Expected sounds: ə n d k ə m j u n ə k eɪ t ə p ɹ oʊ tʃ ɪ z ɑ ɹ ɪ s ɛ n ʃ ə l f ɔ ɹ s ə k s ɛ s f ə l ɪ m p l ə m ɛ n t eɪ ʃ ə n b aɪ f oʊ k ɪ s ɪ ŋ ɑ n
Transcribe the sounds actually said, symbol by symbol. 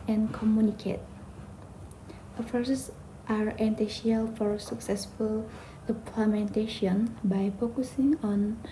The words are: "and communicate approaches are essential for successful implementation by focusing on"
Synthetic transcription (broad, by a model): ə n k ə m j u n ə k eɪ t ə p ɹ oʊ s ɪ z ɑ ɹ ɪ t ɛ ʃ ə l f ɔ ɹ s ə k s ɛ s f ə l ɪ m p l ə m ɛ n t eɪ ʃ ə n b aɪ f oʊ k ɪ s ɪ ŋ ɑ n